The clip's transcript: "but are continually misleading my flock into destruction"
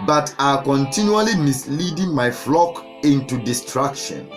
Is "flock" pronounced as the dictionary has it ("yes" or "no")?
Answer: yes